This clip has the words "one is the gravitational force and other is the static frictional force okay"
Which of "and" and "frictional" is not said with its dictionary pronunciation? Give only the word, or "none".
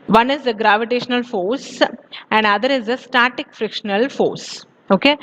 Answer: none